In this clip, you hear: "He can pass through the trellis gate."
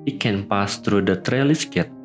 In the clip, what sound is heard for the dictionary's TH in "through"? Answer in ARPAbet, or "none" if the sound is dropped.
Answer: T